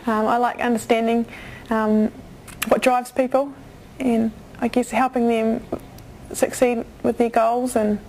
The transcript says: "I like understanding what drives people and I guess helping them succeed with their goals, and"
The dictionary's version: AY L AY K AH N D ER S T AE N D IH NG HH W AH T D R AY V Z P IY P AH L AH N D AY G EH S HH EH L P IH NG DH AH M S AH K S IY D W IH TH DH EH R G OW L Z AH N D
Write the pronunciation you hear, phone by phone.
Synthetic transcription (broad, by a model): AY L AY K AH N D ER S T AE N D IH NG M W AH T D R AY V Z P IY P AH L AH N AY G EH S HH EH L P IH NG DH AH M S AH K S IY D W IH DH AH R G OW L Z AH N